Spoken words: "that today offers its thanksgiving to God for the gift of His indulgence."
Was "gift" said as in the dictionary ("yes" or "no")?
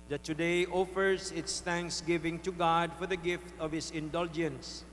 yes